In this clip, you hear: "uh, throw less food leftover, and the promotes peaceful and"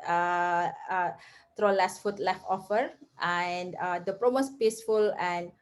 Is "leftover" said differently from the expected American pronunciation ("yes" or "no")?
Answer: yes